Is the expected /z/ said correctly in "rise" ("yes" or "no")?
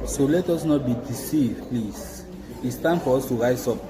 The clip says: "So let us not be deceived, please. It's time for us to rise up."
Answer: no